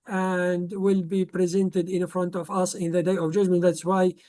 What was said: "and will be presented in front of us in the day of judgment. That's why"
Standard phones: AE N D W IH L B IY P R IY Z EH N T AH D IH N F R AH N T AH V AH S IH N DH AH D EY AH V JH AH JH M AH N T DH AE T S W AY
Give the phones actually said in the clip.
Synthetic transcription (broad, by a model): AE N D W IH L B IY P R IY Z EH N T AH D IH N F R AH N T AH V AH S IH N DH AH D EY AH V JH AH JH M AH N T DH AE T S W AY